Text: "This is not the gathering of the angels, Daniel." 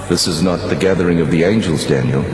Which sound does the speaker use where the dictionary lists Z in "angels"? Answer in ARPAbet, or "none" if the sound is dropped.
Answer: Z